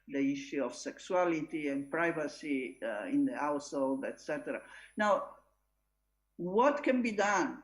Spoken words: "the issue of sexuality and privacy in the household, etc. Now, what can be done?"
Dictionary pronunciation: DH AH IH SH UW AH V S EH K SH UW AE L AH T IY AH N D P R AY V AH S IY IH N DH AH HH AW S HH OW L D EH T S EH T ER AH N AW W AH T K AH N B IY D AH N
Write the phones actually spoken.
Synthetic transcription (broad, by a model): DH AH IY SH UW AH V S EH K S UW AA L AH T IY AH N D P R AY V AH S IY IH N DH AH HH AW S HH OW L D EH T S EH T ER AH N AW W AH T K AH N B IY D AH N